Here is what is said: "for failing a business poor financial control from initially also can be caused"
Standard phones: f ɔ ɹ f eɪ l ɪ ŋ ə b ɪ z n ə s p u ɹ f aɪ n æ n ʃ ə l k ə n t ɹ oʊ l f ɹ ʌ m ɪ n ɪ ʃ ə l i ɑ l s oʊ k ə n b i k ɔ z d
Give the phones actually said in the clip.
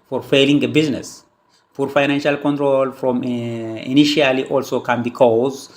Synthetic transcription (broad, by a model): f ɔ ɹ f eɪ l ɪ ŋ ə b ɪ z n ə s f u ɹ f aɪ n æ n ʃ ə l k ə n t ɹ oʊ l f ɹ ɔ m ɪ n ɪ ʃ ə l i ɑ l s oʊ k ə n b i k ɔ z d